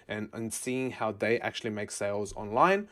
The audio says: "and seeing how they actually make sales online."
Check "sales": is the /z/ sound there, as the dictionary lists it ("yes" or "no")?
yes